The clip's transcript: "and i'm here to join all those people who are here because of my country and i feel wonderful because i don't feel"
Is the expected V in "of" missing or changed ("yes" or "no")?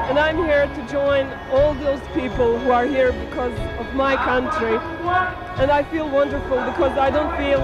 no